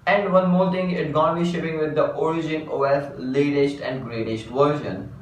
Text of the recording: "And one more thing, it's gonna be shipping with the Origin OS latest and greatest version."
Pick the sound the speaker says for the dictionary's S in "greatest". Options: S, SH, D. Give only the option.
SH